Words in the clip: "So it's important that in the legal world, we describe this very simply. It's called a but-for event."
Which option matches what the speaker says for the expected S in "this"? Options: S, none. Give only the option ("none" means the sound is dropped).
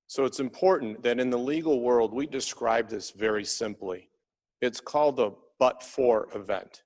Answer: S